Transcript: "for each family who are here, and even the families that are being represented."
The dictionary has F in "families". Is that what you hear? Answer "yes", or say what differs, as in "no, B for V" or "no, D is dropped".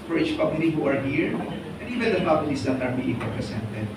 no, P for F